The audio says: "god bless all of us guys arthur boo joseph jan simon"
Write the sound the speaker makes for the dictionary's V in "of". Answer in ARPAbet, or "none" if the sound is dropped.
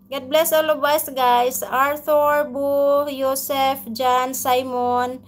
B